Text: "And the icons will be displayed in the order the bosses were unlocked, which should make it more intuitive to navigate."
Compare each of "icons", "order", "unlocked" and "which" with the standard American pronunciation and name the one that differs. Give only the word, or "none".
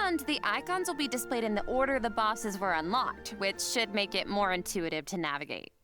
none